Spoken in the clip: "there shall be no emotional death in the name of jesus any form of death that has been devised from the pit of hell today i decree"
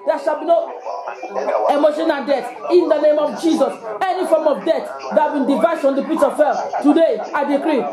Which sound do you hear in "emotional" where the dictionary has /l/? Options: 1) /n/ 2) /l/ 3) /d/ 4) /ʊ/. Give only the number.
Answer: 1